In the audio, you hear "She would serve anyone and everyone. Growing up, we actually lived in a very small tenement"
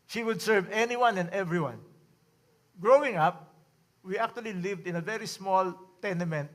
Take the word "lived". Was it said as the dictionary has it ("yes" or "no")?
yes